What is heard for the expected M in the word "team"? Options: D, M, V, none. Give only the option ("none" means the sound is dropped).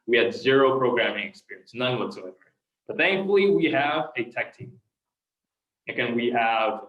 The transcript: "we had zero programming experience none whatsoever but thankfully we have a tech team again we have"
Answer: none